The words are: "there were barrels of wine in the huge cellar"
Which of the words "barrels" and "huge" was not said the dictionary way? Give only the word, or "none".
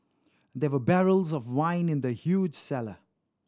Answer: none